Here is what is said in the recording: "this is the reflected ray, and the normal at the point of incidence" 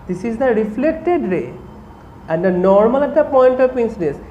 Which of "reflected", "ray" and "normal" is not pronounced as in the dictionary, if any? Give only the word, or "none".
none